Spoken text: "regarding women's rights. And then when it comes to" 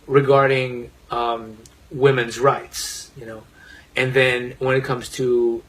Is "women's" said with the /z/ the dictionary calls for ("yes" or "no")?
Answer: yes